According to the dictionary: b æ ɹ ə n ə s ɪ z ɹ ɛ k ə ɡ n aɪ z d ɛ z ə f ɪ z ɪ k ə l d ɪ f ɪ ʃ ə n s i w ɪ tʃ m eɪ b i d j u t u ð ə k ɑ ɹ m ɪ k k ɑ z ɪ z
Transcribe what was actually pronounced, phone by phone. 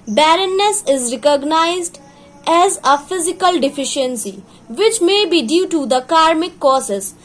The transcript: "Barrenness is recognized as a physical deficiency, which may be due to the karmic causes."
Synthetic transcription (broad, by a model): b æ ɹ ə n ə s ɪ z ɹ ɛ k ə ɡ n aɪ z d ɛ z ə f ɪ z ɪ k ə l d ɪ f ɪ ʃ ə n s i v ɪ tʃ m eɪ b i d j u t u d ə k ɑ ɹ m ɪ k k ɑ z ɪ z